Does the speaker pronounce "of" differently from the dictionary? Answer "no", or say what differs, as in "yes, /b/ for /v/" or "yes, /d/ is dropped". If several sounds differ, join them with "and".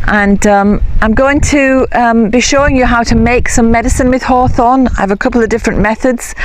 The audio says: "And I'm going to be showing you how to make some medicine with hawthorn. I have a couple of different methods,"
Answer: no